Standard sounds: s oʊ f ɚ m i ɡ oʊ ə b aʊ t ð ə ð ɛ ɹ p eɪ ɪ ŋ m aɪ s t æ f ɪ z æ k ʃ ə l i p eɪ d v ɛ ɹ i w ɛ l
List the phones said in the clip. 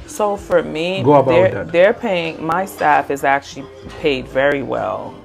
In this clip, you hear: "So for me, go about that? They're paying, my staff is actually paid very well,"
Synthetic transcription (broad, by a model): s oʊ f ɚ m i ɡ oʊ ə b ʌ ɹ ð ə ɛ ɹ p eɪ ɪ ŋ m aɪ s t æ f ɪ z æ k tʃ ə l i p eɪ d v ɛ ɹ i w ɛ l